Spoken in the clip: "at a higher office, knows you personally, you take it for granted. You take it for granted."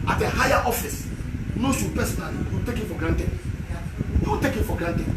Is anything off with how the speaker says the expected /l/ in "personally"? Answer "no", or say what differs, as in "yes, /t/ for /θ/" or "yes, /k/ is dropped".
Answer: yes, /l/ is dropped